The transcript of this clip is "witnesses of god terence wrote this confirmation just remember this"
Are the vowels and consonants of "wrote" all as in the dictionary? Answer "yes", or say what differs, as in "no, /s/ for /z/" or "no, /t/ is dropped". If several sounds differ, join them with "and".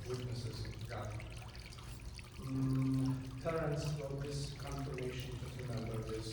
no, /w/ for /ɹ/